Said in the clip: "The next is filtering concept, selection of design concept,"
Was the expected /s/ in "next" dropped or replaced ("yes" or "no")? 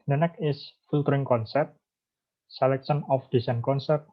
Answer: yes